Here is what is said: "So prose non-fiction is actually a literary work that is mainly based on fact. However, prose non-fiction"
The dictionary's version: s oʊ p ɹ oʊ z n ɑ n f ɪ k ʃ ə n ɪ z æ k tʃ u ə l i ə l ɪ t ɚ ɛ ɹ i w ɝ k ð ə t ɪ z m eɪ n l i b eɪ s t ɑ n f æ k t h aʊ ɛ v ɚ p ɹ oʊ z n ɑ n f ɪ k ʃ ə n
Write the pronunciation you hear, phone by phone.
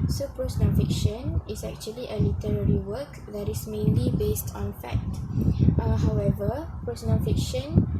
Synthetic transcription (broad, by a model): s oʊ p ɹ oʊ s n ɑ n f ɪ k ʃ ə n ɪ s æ k tʃ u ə l i ə l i t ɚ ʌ ɹ i w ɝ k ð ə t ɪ s m eɪ n l i b eɪ s t ɑ n f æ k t h aʊ ɛ v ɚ p ɹ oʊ s n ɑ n f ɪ k ʃ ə n